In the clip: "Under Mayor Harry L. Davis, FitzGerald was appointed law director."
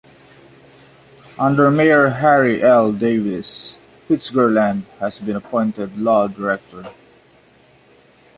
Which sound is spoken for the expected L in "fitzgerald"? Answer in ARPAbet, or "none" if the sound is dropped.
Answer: N